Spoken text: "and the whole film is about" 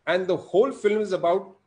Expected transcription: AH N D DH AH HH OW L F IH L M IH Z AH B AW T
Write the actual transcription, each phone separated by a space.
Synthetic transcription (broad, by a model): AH N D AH HH OW L F IH L M IH Z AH B AW T